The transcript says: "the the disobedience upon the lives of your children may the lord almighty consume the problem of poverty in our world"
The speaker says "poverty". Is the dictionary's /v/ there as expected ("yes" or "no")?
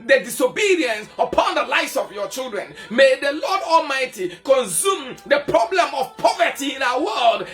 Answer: yes